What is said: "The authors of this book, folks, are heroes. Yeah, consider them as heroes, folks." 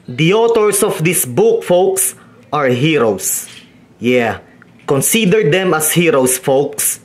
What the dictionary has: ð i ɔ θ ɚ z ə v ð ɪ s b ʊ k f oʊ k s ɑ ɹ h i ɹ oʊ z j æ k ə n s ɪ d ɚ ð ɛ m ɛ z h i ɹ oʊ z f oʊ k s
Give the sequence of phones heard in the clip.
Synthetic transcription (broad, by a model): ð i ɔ t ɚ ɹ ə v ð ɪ s b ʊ k f oʊ k s ɑ ɹ h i ɹ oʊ s j æ k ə n s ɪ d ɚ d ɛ m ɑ s h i ɹ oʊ s f oʊ k s